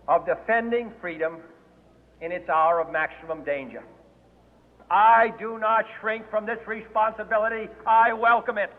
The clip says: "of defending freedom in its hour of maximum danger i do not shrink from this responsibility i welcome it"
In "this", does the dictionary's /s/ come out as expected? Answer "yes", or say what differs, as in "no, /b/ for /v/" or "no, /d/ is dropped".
yes